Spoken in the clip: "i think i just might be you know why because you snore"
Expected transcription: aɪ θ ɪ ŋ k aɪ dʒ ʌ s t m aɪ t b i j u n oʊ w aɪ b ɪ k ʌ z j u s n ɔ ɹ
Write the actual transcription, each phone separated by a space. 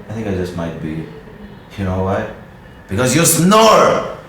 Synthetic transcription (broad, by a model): aɪ θ ɪ ŋ k aɪ dʒ ʌ s t m aɪ t b i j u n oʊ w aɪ b ɪ k ʌ z j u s n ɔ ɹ